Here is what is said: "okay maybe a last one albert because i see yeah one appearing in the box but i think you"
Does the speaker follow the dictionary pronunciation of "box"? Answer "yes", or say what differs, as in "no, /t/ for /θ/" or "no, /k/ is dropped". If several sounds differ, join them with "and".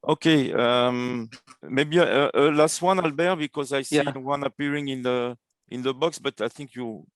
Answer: yes